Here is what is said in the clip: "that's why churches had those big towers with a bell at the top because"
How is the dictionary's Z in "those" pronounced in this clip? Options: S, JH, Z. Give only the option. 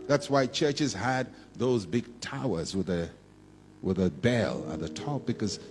Z